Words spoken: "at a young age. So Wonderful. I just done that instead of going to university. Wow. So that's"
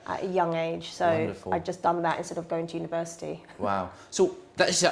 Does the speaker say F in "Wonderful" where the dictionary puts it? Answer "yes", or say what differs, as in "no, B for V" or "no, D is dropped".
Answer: no, F is dropped